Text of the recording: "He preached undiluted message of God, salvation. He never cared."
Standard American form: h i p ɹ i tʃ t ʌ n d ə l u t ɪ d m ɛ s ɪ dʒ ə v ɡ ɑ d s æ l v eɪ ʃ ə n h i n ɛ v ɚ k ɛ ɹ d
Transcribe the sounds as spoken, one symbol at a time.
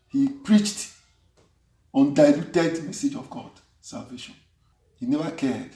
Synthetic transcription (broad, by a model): h i p ɹ i tʃ t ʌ n d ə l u t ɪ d m ɛ s ɪ dʒ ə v ɡ ɑ d s æ l v eɪ ʃ ə n h i n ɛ v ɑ k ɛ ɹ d